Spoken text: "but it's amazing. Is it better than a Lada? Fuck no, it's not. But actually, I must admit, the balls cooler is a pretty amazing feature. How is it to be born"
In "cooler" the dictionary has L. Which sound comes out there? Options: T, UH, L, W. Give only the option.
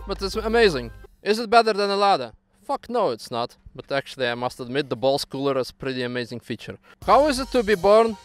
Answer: L